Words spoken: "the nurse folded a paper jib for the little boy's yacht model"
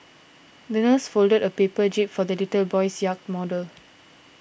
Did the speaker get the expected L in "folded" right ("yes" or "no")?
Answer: yes